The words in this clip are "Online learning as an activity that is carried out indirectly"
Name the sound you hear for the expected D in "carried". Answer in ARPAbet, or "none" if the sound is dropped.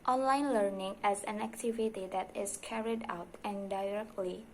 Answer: D